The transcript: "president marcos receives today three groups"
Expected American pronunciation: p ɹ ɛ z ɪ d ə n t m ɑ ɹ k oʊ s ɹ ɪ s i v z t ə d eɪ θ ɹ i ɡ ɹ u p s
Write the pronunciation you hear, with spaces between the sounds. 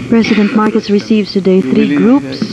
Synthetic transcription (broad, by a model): p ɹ ɛ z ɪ d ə n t m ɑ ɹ k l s ɹ ɪ s i v z t ə d eɪ θ ɹ i ɡ ɹ u p s